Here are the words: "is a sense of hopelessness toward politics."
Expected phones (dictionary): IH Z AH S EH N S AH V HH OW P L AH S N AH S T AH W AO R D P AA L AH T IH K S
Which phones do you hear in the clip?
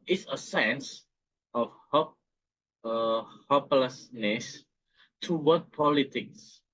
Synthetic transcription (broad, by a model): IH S AH S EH N S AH P HH OW P L AH S N AH S T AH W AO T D P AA L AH T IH K S